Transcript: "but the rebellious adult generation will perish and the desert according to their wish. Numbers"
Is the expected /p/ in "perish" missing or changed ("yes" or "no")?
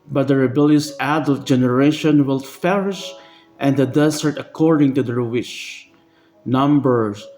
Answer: yes